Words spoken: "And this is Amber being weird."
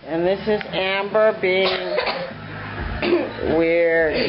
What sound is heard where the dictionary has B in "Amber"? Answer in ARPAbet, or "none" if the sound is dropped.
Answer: B